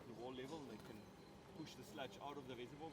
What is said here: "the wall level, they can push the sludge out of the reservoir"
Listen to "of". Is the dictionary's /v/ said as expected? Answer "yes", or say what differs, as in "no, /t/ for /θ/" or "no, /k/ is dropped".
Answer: yes